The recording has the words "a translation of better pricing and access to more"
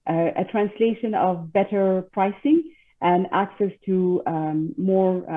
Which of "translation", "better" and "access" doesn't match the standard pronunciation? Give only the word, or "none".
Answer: none